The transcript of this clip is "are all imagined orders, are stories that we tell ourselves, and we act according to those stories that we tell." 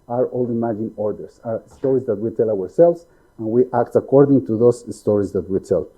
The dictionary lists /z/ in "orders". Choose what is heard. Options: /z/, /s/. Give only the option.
/s/